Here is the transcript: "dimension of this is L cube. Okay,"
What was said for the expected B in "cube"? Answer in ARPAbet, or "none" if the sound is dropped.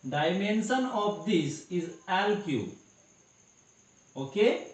none